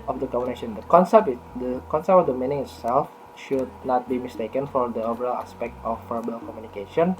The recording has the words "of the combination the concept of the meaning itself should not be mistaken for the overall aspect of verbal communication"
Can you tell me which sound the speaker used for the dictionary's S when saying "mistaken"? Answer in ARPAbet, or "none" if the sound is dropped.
S